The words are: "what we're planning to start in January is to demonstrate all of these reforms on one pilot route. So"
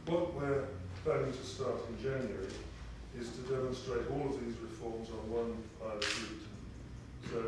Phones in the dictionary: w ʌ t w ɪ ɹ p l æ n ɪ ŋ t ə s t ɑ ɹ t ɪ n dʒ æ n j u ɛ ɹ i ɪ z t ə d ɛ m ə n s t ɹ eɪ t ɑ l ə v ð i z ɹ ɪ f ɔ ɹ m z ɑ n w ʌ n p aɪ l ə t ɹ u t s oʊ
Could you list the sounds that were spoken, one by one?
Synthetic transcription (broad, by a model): w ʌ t w ɪ ɹ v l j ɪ t ə s t ɑ ɹ t ɪ n dʒ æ n j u ɹ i ɪ z t ə d ɛ m ə n s t ɹ eɪ t ɑ l ə v ð i z ɹ ɪ f ɔ ɹ m z n w ʌ n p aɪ ə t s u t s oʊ